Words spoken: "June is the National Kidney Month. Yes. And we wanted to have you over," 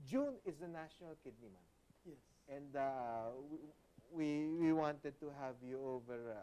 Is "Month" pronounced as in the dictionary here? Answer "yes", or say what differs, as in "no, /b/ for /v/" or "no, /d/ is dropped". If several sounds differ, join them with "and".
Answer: no, /t/ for /θ/